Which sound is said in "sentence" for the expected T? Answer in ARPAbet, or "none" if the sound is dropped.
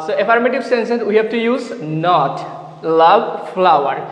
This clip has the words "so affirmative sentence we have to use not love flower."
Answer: S